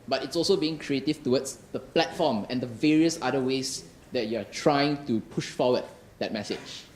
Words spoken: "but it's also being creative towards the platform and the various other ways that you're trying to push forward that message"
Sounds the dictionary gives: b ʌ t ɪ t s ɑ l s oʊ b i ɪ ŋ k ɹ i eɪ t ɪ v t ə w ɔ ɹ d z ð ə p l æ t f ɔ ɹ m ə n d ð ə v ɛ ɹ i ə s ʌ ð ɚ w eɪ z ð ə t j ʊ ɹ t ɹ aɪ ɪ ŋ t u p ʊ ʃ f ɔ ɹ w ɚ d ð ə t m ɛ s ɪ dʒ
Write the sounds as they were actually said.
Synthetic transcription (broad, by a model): b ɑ t ɪ t s ɑ l s oʊ b i ɪ ŋ k ɹ i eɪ t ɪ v t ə w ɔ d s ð ə p l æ t f ɔ m ə n d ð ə v ɛ ɹ i ə s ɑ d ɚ w eɪ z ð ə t j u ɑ t ɹ aɪ ɪ ŋ t u p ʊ ʃ f ɔ w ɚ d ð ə t m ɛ s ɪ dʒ